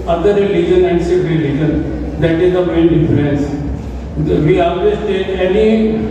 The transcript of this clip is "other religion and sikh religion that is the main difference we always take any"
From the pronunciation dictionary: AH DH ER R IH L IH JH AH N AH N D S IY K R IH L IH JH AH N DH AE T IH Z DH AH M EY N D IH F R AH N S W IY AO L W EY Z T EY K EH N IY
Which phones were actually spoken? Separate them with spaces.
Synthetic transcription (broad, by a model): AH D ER R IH L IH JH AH N AH N D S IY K R IH L IH JH AH N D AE T IH Z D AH M EY N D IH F L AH N S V IY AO L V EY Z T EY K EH N IY